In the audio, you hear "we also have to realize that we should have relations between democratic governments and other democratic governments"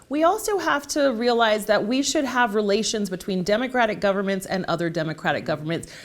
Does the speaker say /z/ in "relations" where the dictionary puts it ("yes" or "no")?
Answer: yes